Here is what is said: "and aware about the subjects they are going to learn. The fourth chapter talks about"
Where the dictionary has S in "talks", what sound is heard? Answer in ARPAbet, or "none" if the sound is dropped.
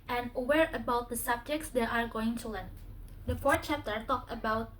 none